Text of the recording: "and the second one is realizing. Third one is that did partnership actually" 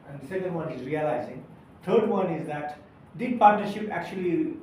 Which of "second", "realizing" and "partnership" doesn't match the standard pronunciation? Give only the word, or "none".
none